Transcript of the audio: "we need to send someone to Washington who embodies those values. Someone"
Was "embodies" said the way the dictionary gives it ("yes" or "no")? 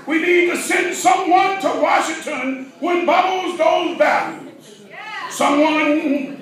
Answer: no